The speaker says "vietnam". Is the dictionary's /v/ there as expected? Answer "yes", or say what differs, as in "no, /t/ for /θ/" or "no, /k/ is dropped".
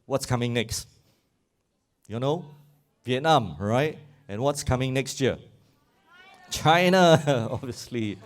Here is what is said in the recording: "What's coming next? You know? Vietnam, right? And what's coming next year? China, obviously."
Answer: yes